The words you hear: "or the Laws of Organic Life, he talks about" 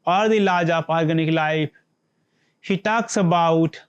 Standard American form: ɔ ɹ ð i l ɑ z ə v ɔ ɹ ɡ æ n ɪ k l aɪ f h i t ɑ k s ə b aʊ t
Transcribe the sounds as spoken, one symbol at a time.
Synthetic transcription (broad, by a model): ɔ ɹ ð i l ɑ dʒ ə p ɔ ɹ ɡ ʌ n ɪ k l aɪ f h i t ɑ k s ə b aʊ t